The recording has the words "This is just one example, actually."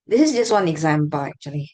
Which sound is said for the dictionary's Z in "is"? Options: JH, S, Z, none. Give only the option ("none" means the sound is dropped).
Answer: Z